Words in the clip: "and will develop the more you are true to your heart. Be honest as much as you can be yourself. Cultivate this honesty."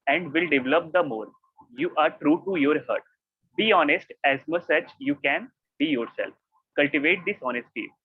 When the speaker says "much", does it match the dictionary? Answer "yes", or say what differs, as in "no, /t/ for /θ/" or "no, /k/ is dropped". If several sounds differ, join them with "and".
no, /s/ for /tʃ/